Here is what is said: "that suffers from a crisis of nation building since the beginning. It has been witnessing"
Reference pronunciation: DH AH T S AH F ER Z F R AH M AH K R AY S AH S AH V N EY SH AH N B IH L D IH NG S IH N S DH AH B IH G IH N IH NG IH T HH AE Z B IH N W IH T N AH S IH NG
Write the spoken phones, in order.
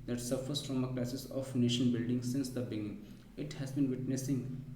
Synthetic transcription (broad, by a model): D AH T S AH F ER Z F R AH M AH K L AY S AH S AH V N EY SH AH N B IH L D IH NG S IH N S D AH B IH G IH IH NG IH T HH AE Z B IH N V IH T N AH S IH NG